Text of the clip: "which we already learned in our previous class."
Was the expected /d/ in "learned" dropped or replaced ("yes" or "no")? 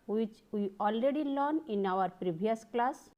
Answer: yes